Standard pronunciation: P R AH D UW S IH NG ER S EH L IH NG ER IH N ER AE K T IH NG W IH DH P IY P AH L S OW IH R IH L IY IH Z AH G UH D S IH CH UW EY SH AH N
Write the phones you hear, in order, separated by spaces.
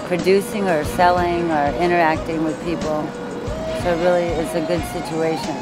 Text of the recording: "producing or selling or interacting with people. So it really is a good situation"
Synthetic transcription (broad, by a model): P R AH D UW S IH NG ER S EH L IH NG ER IH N ER AE K T IH NG W IH DH P IY P L S OW IH R IH L IY IH S AH G UH D S IH CH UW EY SH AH N